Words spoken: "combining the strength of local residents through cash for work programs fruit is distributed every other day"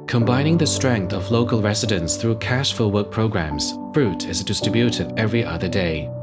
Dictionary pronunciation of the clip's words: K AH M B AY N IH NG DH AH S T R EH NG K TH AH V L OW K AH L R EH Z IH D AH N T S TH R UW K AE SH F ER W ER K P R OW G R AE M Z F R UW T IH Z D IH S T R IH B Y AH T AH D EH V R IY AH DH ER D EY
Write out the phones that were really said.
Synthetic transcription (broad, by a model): K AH M B AY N IH NG DH AH S T R EH NG K TH AH V L OW K AH L R EH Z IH D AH N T S TH R UW K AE SH F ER W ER K P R OW G R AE M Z F R UW T IH Z D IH S T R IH B Y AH T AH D EH V R IY AH DH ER D EY